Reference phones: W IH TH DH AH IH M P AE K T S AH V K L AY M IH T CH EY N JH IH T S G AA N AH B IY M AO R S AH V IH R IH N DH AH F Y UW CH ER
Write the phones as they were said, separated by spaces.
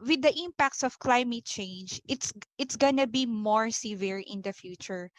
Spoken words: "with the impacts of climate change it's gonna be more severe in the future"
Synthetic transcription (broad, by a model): W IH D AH IH M P AE K T S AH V K L AY M IH T CH EY N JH IH T S G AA N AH B IY M AO R S AH V IH R IH N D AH F Y UW CH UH